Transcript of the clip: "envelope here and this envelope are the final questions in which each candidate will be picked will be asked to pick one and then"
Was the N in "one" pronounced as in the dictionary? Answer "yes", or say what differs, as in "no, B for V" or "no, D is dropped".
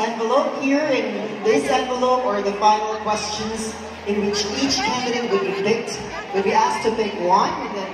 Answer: no, N is dropped